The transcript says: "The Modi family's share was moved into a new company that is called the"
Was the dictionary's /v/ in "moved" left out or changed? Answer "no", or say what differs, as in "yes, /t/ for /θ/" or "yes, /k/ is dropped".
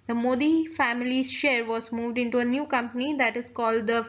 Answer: no